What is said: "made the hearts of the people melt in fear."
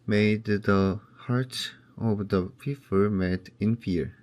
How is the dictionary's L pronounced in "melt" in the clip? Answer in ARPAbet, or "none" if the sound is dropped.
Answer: none